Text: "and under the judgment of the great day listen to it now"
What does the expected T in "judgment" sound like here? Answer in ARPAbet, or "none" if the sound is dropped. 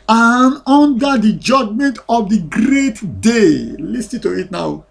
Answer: T